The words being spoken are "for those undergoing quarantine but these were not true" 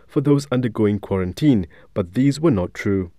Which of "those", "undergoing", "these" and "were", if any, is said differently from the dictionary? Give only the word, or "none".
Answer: none